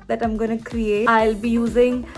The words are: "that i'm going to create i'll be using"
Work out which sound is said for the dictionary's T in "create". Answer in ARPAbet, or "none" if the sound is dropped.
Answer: none